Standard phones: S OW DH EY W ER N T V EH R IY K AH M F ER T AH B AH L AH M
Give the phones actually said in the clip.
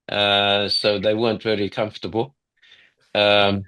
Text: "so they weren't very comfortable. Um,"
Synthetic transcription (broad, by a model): S OW DH EY W ER N T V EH L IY K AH M F T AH B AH L AH M